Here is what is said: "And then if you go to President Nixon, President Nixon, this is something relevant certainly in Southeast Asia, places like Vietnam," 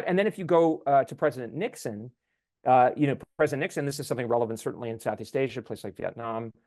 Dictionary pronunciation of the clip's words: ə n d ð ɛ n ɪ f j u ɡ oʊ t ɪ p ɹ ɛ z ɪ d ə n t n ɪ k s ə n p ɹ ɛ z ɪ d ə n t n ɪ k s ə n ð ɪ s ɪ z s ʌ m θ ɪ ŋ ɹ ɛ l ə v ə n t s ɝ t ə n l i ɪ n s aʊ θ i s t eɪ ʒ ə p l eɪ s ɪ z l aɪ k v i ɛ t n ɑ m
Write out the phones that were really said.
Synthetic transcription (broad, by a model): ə n ð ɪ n ɪ f j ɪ ɡ oʊ t ɪ p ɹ ɛ z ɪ d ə n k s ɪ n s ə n p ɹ ɛ z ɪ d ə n n ɪ k s ə n ð ɪ s ɪ z s ʌ m θ ɪ ŋ ɹ ɛ l ə v ə n t s ɝ t n l i ɪ n s aʊ θ i s t eɪ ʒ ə p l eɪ ɪ s l aɪ k v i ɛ t n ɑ m